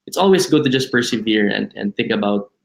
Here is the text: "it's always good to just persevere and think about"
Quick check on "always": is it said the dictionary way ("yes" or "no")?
no